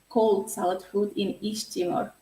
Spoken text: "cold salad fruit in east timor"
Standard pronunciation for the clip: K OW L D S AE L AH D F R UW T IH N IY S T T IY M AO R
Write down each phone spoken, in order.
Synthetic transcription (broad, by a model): K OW L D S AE L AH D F UW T IH N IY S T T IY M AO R